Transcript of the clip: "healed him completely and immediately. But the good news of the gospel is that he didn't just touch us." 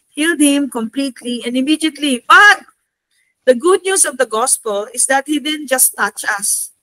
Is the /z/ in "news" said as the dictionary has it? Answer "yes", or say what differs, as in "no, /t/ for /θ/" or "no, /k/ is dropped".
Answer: no, /s/ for /z/